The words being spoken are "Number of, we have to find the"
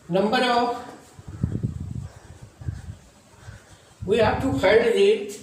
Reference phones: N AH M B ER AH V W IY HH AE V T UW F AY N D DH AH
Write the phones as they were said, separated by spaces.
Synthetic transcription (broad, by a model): N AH M B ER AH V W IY HH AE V T UW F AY D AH